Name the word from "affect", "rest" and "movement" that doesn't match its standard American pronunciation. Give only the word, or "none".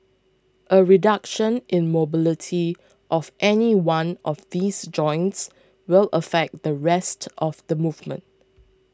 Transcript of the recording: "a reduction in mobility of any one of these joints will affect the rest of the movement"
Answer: none